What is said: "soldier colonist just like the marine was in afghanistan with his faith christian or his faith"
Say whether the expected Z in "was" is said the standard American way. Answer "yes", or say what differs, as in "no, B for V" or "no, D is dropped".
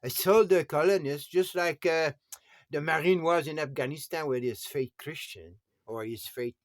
yes